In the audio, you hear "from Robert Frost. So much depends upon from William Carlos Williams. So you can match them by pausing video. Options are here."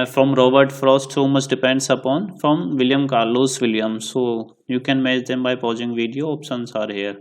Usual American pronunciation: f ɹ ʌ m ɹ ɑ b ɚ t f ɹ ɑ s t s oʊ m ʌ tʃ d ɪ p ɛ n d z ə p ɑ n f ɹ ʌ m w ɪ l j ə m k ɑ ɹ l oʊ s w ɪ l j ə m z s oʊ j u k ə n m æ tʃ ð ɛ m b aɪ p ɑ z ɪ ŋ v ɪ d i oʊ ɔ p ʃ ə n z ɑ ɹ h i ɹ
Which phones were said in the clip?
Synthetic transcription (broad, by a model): f ɹ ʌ m ɹ ɑ b ɚ t f ɹ ɑ s t s oʊ m ʌ tʃ d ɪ p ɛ n d s ə p ɑ n f ɹ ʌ m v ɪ l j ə m k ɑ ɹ l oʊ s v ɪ l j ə m s oʊ j u k ə n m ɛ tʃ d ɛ m b aɪ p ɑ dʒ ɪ ŋ v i d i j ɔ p s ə n s ɑ ɹ h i ɹ